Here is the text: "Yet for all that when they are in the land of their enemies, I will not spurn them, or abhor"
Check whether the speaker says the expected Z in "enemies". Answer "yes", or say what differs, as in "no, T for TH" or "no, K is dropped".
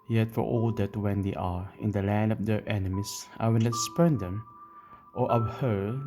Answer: no, S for Z